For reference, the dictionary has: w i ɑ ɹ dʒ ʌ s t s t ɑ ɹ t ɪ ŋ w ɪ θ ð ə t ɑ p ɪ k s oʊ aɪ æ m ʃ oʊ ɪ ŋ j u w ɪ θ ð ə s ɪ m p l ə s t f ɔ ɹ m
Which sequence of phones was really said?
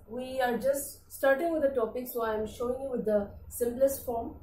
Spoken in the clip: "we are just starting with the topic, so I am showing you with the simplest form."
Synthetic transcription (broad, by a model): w i ɑ ɹ dʒ ʌ s t s t ɑ ɹ t ɪ ŋ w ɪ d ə t ɑ p ɪ k s oʊ aɪ m ʃ oʊ ɪ ŋ j u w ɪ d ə s ɪ m p l ə s t f ɔ ɹ m